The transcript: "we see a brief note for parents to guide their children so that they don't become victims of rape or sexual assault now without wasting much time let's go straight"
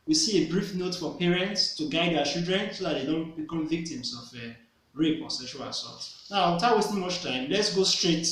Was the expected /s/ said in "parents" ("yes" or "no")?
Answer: yes